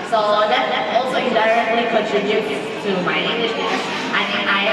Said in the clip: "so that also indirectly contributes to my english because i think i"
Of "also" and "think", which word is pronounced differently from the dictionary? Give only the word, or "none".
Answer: think